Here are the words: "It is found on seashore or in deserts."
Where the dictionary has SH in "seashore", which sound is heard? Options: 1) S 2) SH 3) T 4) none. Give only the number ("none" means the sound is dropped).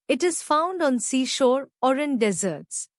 2